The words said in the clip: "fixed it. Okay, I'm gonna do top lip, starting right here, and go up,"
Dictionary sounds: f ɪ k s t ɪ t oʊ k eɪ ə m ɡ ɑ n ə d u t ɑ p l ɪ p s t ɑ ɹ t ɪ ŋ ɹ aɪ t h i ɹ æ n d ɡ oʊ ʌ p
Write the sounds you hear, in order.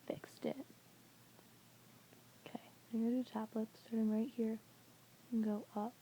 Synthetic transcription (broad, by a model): f ɪ k s t ɪ t oʊ k eɪ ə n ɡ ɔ ə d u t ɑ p l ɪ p s t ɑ ɹ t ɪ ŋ ɹ aɪ t h i ɹ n ɡ oʊ ʌ p